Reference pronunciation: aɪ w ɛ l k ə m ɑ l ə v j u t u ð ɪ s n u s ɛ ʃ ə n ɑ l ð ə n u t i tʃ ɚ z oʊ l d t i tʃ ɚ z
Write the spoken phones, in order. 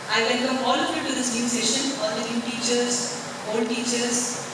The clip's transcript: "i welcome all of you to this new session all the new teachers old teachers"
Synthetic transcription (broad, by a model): aɪ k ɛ n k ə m ɑ l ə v j u t u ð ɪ s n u s ɛ ʃ ə n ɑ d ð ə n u t i tʃ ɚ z oʊ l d t i tʃ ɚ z